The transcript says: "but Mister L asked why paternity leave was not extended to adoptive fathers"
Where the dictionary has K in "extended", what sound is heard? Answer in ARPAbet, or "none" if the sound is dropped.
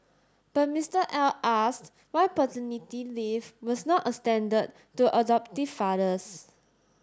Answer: none